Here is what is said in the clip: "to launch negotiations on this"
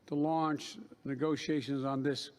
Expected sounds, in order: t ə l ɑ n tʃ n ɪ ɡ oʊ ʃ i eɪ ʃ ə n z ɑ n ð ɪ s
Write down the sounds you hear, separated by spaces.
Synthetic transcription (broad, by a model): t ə l ɑ n tʃ n ɪ ɡ oʊ ʃ i eɪ ʃ ə n z n ð ɪ s